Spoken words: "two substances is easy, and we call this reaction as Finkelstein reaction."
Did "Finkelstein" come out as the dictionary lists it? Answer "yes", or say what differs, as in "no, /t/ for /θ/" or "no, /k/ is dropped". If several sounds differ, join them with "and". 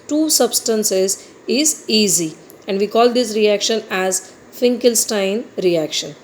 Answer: yes